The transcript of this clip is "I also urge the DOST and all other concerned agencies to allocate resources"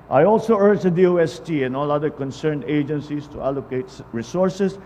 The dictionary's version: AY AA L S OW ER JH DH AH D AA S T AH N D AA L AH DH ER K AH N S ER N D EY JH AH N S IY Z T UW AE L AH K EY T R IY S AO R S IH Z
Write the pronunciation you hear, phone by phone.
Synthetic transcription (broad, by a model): AY AA L S OW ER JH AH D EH S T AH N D AA L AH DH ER K AH N S ER N D EY JH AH N S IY S T UW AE L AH K EY T R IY S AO R S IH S